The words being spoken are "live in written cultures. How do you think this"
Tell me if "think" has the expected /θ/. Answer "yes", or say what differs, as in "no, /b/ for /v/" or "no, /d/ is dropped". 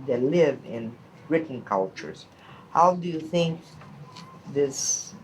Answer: yes